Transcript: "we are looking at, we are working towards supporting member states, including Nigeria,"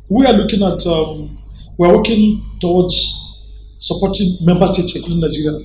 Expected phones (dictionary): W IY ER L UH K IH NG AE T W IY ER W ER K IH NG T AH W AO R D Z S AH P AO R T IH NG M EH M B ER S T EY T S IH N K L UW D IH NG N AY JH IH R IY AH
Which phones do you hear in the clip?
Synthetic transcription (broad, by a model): W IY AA L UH K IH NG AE T W IY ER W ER K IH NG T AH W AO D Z S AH P AO T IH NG M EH M B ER S T EY T S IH K UW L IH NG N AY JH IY R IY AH